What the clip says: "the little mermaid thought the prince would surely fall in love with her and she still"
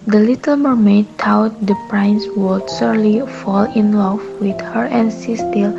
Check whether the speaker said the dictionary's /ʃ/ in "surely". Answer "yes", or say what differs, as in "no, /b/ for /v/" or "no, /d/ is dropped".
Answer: no, /s/ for /ʃ/